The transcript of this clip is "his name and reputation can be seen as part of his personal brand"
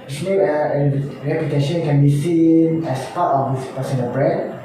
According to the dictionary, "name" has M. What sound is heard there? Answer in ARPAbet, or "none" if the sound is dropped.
none